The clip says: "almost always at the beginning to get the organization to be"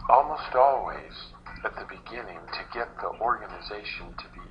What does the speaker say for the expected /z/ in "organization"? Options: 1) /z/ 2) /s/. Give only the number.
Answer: 1